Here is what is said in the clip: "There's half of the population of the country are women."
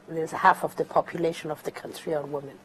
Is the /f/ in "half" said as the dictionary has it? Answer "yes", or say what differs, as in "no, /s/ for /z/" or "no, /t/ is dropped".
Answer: yes